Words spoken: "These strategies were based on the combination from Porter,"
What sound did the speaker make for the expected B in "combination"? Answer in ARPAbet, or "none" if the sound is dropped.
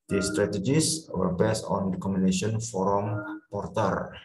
none